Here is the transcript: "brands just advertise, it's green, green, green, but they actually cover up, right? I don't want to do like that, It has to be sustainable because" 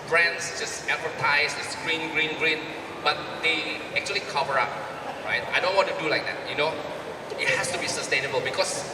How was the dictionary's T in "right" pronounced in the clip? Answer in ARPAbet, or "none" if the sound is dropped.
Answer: T